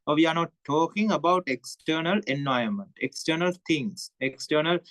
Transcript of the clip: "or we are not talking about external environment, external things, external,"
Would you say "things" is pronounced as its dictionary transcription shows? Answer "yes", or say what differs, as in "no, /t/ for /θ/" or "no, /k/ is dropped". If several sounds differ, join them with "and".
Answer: no, /t/ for /θ/ and /s/ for /z/